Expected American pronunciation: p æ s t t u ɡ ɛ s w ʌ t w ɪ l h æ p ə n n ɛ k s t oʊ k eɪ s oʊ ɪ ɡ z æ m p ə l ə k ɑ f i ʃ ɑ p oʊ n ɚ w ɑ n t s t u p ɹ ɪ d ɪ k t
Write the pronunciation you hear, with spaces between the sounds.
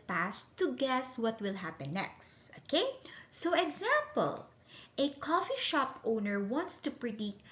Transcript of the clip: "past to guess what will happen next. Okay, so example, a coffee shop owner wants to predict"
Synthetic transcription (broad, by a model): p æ s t t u ɡ ɛ s w ʌ t w ɪ l h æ p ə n n ɛ k s t oʊ k eɪ s oʊ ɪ ɡ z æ m p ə l ə k ɑ f i ʃ ɑ p oʊ n ɚ w ɑ n t s t u p ɹ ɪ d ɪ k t